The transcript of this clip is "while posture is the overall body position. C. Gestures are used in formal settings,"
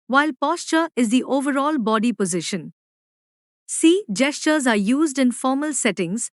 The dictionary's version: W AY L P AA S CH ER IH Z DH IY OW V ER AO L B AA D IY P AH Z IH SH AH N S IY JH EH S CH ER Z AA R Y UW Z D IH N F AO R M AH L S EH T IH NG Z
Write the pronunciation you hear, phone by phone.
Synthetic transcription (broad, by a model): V AY L P AA S CH ER IH Z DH IY OW V ER AO L B AA D IY P AH Z IH SH AH N S IY JH EH S CH ER Z AA R Y UW Z D IH N F AO R M AH L S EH T IH NG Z